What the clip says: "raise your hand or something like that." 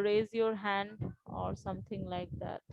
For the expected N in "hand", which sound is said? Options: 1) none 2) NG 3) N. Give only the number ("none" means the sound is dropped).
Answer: 3